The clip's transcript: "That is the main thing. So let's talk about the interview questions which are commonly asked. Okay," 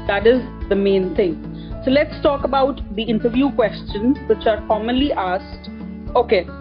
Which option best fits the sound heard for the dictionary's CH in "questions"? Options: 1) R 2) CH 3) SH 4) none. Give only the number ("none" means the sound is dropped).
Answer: 2